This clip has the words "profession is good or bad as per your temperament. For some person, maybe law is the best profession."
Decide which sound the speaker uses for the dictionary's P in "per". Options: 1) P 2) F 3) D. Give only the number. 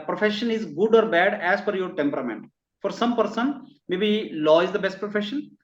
2